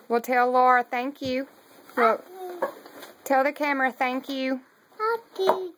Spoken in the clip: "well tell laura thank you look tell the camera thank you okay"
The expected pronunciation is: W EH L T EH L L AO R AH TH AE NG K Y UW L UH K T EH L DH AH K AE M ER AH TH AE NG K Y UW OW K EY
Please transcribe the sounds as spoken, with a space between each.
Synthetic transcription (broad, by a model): W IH L T EH L L AO R AH TH AE NG K Y UW W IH T EH L DH AH K AE M ER AH TH AE NG K Y UW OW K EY